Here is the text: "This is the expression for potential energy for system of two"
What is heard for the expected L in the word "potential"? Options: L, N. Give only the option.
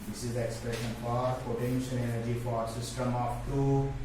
N